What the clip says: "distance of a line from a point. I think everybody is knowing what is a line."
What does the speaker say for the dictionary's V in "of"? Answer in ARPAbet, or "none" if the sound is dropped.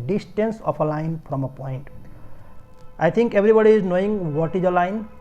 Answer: P